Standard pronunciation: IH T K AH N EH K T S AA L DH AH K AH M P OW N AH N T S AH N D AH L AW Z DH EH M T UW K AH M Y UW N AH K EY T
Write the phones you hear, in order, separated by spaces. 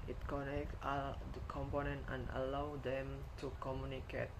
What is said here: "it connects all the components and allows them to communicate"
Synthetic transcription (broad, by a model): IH T K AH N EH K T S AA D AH K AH M P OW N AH N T AH N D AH L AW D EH M T UW K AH M Y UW N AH K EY T